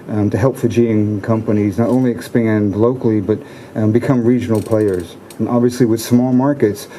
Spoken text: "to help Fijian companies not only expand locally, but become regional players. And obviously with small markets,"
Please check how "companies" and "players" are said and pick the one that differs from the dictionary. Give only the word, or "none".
none